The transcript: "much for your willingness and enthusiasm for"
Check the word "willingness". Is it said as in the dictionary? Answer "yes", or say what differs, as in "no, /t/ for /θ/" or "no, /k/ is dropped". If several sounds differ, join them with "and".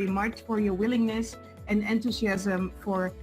yes